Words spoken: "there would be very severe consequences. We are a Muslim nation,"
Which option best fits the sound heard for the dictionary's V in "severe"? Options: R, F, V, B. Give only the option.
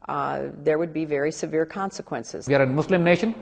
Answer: V